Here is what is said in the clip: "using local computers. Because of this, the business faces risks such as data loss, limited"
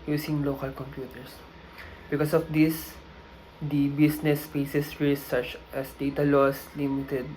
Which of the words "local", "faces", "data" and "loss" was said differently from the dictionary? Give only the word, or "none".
faces